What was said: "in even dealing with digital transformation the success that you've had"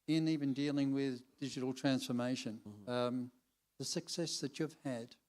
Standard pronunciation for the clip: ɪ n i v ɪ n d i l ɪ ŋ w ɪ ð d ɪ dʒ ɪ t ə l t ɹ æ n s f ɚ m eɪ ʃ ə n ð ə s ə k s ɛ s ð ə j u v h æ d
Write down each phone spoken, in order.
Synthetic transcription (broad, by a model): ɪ n i v ɪ n d i l ɪ ŋ w ɪ ð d ɪ dʒ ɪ t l t ɹ æ n s f ɚ m eɪ ʃ ə n ð ə s ə k s ɛ s ð ə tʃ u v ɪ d